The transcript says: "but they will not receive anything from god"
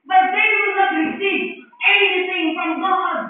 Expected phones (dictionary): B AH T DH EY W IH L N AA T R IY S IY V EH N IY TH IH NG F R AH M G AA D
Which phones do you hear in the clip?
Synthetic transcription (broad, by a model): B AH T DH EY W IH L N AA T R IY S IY EH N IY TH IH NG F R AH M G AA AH